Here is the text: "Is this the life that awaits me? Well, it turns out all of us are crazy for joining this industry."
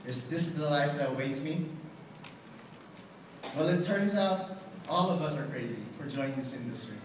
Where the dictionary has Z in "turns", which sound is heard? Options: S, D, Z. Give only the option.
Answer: Z